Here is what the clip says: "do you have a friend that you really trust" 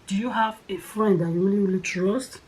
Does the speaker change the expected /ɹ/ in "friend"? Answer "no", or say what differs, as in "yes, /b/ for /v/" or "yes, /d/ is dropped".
no